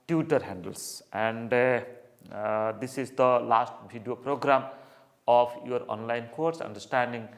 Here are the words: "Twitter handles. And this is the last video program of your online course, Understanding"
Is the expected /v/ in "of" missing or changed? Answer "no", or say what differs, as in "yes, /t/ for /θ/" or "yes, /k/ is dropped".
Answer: yes, /p/ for /v/